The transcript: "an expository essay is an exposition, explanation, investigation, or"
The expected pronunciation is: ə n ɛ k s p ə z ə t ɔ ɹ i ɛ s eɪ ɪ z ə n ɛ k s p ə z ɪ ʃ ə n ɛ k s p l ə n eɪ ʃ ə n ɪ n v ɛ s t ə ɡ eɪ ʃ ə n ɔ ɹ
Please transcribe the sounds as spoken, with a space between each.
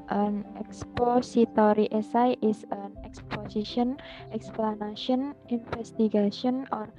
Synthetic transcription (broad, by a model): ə n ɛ k s p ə s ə t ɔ ɹ i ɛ s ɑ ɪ s ə n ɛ k s p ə s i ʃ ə n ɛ k s p l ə n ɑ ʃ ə n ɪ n f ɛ s t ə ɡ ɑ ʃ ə n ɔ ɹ